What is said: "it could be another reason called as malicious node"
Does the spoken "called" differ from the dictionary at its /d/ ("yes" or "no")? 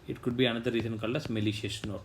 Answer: yes